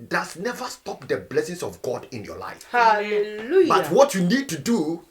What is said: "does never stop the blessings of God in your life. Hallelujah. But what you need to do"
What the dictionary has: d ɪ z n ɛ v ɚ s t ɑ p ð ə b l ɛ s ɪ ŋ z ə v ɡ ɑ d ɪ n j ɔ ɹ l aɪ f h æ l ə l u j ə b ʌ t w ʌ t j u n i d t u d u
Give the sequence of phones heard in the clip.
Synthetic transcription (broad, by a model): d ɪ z n ɛ v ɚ s t ɑ p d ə b l ɛ s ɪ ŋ s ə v ɡ ɑ d ɪ n j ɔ l aɪ f h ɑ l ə l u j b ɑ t w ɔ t j u n i d t u d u